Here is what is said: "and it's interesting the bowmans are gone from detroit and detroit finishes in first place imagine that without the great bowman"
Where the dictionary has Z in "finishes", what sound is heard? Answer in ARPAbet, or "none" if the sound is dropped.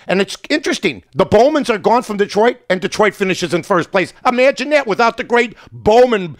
Z